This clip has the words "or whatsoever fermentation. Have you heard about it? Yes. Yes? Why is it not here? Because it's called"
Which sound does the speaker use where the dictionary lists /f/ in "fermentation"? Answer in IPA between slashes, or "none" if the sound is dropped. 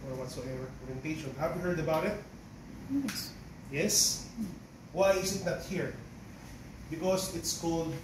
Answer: /p/